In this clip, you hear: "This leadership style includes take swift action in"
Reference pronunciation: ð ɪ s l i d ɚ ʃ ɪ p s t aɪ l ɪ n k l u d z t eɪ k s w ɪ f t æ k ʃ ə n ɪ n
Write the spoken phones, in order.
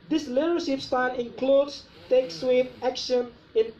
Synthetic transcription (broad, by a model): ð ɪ s l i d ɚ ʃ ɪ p s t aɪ n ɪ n k l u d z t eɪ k s w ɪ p æ k ʃ ə n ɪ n